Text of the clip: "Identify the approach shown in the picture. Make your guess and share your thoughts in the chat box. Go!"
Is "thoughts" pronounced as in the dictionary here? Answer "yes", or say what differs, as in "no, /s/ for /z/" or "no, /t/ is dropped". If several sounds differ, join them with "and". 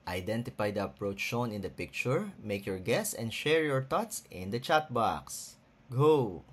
no, /t/ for /θ/